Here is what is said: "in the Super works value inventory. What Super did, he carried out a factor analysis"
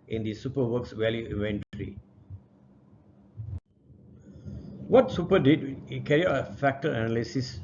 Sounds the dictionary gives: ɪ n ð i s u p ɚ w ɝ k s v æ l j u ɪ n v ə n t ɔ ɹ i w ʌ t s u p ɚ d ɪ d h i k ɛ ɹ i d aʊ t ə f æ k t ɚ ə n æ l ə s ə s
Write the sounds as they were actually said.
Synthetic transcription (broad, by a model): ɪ n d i s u p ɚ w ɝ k s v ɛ l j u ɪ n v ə n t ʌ ɹ i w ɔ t s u p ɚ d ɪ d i k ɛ ɹ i aʊ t ə f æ k t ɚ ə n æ l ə s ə s